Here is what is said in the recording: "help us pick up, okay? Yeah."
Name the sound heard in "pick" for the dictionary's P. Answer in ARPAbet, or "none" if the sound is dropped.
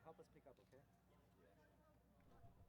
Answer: P